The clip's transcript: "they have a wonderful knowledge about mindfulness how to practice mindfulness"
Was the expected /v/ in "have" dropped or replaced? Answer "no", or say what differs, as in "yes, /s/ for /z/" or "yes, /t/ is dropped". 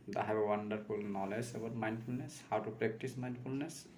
yes, /b/ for /v/